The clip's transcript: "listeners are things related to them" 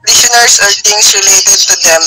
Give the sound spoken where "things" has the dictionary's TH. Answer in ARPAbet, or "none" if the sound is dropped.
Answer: T